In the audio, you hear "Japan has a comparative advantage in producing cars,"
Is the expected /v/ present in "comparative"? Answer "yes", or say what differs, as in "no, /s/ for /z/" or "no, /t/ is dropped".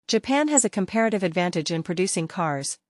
yes